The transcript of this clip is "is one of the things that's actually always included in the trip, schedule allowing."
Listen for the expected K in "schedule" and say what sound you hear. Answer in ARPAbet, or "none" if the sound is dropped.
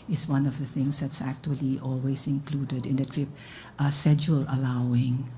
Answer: none